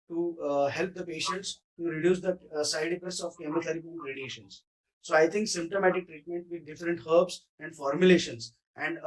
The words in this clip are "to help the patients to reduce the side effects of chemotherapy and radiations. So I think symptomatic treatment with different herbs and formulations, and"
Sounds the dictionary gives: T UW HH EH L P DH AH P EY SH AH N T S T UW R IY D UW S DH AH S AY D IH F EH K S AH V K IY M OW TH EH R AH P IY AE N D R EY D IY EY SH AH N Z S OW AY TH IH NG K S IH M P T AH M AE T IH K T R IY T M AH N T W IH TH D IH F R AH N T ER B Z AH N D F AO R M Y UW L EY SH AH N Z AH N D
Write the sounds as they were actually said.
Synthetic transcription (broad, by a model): T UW HH EH L P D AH P EY SH AH N T S T UW R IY D UW S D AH S AY D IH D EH S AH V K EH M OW T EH R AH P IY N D R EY D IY EY SH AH N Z S OW AY T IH NG K S IH M P T AH M AE T IH K T R IY T M AH N T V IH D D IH F R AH N T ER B S AH N D F AO R M Y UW L EY SH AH N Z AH N D